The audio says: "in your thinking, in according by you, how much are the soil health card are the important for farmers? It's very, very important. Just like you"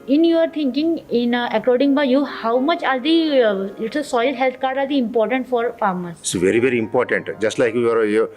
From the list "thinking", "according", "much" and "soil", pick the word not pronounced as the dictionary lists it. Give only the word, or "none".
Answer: thinking